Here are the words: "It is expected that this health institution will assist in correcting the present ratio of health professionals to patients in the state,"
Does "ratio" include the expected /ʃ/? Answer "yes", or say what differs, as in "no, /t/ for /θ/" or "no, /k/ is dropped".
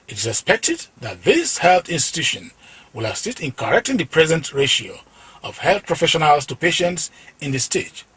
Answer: yes